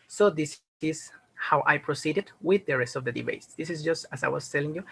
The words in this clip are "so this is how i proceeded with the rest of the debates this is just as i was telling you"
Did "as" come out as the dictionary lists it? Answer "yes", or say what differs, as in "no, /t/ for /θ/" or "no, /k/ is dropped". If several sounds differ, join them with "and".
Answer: no, /s/ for /z/